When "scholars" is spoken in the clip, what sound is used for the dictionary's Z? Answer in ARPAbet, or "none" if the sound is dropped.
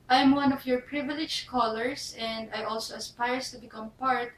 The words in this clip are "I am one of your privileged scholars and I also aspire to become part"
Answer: S